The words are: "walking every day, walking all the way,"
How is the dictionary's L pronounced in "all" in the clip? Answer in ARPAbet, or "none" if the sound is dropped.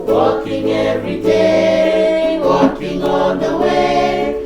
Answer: N